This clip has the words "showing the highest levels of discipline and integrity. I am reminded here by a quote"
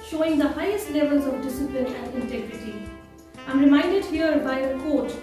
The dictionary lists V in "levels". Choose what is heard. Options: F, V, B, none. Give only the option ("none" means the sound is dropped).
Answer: V